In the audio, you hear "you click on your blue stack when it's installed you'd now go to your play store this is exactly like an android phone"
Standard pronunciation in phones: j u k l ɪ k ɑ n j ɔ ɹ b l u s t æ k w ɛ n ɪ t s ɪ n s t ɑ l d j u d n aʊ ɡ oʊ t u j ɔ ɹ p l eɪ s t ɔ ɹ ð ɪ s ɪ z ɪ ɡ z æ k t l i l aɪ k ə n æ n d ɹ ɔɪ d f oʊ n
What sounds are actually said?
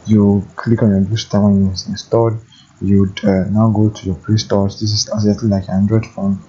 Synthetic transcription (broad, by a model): j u k l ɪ k ɑ n j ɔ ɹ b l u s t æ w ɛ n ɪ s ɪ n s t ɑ d j u d n aʊ ɡ oʊ t u j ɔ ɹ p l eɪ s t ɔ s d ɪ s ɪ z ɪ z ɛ t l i l aɪ k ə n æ n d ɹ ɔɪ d f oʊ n